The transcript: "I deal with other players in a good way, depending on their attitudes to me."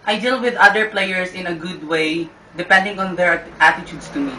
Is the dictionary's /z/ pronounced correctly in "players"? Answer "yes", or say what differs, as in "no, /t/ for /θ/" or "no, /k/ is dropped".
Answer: no, /s/ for /z/